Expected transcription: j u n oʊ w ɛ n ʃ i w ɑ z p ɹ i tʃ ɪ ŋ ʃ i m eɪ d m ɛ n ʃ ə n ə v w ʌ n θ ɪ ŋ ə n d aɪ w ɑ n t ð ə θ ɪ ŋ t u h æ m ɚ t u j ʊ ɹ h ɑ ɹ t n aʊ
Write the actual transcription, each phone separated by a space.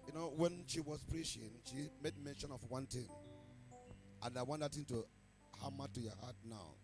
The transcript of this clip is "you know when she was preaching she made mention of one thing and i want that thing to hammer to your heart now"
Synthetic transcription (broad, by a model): j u n oʊ w ɛ n ʃ i w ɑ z p ɹ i ʃ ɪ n ʃ i m eɪ d m ɛ n ʃ ə n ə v w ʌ n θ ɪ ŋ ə n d aɪ w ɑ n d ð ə t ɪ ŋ t u h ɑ m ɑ t u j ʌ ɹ h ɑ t n aʊ